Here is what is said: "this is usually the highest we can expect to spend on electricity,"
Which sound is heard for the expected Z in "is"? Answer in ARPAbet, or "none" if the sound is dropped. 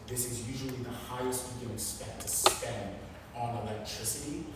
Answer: Z